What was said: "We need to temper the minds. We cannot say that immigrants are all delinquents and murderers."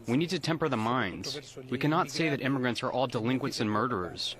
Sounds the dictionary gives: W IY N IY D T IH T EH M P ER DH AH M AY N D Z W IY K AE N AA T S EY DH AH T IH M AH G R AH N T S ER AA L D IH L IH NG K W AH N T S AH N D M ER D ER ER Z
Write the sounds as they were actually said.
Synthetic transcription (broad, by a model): W IY N IY D T IH T EH M P ER DH AH M AY N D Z W IY K AE N AA T S EY DH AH T IH M AH G R AH N T S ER AA L D IH L IH NG K W AH N T S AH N M ER D ER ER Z